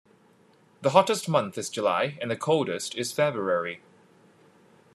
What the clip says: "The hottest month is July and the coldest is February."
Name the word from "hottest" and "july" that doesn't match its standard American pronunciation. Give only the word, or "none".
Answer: none